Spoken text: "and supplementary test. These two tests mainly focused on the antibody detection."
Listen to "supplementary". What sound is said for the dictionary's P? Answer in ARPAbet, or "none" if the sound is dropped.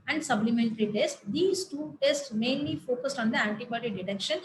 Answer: B